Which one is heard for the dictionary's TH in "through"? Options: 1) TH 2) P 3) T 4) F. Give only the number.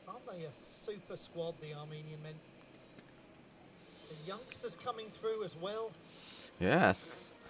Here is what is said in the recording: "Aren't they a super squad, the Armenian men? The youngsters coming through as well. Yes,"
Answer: 1